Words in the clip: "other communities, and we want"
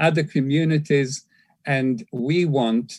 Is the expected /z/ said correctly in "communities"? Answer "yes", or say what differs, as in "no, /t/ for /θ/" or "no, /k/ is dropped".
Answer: yes